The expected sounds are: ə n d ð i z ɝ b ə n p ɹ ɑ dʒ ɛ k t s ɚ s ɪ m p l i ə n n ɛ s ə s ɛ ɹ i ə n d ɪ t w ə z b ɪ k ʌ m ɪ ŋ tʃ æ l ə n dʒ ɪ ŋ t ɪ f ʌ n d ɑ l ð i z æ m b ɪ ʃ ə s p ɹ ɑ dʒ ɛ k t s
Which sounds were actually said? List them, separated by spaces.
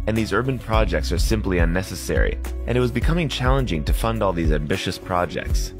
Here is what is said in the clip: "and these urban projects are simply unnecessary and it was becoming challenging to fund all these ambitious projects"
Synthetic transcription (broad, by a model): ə n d ð i z ɝ b ə n p ɹ ɑ dʒ ɛ k t s ɚ s ɪ m p l i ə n n ɛ s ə s ɛ ɹ i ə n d ɪ t w ə z b ɪ k ʌ m ɪ ŋ tʃ æ l ə n dʒ ɪ ŋ t ɪ f ʌ n d ɑ l ð i z æ m b ɪ ʃ ə s p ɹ ɑ dʒ ɛ k t s